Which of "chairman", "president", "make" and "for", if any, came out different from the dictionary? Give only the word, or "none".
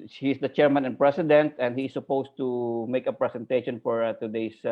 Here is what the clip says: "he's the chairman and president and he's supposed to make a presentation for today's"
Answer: president